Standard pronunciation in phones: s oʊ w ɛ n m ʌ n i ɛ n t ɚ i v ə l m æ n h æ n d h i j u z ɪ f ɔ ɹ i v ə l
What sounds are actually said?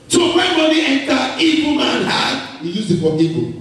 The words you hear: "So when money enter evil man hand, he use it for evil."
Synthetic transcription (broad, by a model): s oʊ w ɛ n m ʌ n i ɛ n t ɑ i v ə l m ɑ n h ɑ d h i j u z ɪ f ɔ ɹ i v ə